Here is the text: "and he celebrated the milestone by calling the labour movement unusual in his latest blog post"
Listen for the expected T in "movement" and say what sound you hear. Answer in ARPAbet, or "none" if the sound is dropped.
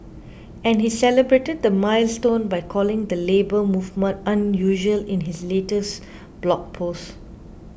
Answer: T